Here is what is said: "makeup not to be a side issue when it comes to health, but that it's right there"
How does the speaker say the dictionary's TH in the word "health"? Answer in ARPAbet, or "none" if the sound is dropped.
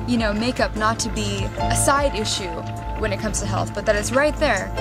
TH